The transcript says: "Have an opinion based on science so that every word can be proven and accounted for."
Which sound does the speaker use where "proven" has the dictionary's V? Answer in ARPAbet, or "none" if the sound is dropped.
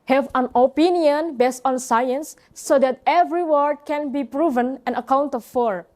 V